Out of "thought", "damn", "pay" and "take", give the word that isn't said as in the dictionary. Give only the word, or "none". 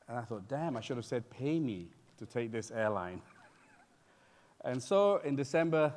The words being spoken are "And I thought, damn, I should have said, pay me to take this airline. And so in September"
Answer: none